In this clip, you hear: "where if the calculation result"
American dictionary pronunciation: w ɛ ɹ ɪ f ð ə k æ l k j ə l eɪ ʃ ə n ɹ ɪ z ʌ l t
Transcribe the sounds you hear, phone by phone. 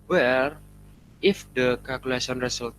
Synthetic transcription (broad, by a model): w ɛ ɹ ɪ f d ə k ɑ l k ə l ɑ s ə n ɹ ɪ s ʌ l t